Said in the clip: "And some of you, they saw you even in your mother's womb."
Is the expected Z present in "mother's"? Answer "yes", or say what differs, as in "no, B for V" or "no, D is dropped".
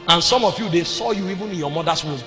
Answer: no, S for Z